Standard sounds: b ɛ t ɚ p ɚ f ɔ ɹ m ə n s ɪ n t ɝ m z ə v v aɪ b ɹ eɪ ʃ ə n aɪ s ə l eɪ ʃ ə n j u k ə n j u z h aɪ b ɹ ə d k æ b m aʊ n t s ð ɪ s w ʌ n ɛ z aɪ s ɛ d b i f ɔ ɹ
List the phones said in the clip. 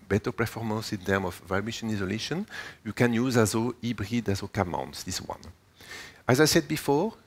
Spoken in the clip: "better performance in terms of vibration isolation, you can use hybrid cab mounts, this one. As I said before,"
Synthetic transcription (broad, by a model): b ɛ t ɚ p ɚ f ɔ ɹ m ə n s ɪ n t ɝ m ə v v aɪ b eɪ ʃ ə n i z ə l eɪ ʃ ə n j u k ə n j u z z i b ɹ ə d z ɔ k m aʊ n t s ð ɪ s w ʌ n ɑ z aɪ s ɛ d b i f ɔ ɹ